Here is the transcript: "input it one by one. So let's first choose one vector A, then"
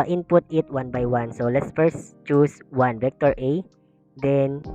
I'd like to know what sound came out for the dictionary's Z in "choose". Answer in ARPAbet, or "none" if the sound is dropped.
S